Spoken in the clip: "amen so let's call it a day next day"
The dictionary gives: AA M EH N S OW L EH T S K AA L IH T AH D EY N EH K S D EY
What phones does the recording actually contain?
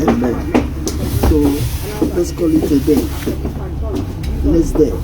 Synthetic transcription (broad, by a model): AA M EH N S OW L EH T S K AA L IH T AH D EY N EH S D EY